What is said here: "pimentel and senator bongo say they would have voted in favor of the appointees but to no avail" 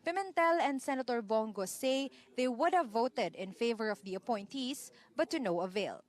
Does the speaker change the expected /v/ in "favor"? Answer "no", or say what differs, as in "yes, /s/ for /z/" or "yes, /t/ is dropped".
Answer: no